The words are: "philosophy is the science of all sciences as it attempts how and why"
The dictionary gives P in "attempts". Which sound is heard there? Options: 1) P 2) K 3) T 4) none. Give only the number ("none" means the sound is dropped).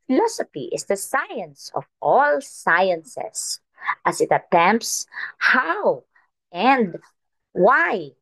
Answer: 1